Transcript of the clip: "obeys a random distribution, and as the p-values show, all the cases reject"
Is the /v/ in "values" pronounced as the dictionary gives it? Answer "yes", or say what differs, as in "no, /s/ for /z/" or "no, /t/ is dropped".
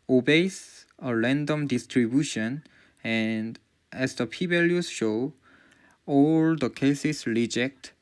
no, /b/ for /v/